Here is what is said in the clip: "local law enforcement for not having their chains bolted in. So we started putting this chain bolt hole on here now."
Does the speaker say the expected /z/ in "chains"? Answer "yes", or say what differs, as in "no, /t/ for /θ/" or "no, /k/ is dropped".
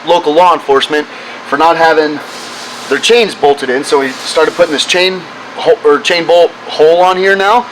yes